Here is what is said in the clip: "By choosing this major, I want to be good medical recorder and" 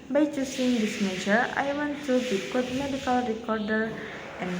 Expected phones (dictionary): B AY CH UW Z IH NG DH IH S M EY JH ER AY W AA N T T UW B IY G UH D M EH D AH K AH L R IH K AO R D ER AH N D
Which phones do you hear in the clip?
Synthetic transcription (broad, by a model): B AY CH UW S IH NG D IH S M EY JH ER AY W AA N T T UW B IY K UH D M EH D AH K AH L R IH K AO R D ER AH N